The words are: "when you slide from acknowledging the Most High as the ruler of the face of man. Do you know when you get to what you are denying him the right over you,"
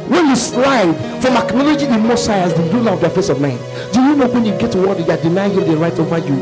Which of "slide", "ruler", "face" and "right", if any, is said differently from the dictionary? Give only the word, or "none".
ruler